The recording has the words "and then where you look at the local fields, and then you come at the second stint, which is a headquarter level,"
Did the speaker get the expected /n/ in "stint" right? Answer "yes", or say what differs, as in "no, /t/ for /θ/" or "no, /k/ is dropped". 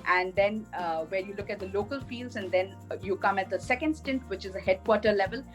yes